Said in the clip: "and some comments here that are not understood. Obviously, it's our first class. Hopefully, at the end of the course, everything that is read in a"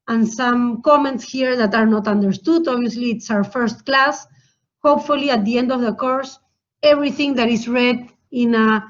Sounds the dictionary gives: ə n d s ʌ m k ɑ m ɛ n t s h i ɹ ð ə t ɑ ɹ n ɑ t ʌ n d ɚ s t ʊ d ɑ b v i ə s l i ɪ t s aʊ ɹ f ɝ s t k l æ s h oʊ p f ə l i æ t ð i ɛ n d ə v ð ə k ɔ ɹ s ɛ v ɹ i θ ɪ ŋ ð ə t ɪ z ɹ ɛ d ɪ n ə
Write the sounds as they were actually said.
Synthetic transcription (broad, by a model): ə n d s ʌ m k ɑ m ɛ n t s h i ɹ ð ə t ɑ ɹ n ɑ t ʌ n d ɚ s t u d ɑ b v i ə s l i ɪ t s aʊ ɹ f ɝ s t k l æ s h oʊ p f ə l i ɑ t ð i ɛ n d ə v ð ə k ɔ ɹ s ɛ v ɹ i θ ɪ ŋ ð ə t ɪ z ɹ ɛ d ɪ n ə